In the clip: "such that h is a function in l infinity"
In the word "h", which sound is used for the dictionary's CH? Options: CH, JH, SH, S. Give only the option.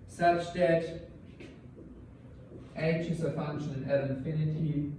SH